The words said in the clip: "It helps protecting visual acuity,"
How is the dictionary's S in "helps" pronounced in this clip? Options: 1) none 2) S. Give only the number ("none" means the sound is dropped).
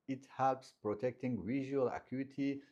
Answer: 2